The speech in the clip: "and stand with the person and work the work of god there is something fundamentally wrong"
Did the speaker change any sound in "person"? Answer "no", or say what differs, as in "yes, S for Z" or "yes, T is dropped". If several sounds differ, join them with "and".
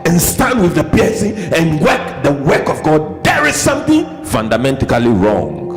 yes, N is dropped